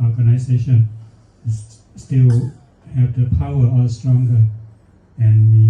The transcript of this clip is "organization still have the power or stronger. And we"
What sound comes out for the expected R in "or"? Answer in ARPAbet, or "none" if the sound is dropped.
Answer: L